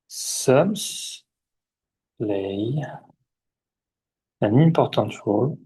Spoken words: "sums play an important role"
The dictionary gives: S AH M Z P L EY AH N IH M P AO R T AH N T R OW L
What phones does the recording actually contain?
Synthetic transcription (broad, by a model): S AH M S L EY AH N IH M P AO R T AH T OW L